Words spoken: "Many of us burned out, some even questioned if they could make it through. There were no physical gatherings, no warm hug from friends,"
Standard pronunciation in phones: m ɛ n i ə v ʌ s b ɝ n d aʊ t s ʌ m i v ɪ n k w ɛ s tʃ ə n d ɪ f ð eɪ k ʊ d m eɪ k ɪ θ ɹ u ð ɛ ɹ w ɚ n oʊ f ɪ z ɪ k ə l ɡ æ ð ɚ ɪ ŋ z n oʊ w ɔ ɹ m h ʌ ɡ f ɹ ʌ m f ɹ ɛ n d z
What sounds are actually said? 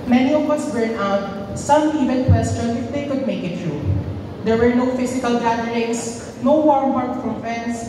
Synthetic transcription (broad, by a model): m ɛ n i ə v ʌ s b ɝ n aʊ t s ʌ m i v ɪ n k w ɛ s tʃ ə n ɪ f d eɪ k ʊ d m eɪ k ɪ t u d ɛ ɹ w ɚ n oʊ f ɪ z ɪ k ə l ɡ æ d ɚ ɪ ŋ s n oʊ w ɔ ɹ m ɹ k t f ɹ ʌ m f ɹ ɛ n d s